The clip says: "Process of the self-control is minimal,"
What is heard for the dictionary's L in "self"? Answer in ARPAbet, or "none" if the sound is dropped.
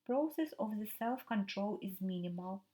L